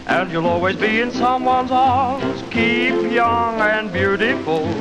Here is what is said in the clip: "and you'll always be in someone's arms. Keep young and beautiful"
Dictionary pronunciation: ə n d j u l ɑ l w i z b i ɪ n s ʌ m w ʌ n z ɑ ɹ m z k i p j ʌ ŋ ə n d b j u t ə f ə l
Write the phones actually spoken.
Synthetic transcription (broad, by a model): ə n j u l ɑ l w i z b i ɪ n s ʌ m w ʌ n z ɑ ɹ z k i p j ʌ ŋ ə n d b j u t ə f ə l